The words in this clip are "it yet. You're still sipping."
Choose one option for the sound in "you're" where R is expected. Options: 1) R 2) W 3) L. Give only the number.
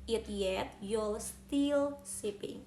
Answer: 3